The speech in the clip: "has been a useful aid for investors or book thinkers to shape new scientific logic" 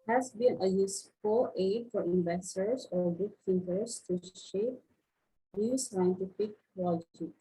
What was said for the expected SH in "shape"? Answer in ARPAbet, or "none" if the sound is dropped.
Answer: SH